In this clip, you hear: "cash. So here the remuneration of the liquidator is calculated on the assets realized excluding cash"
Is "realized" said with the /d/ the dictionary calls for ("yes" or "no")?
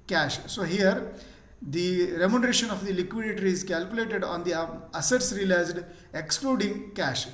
yes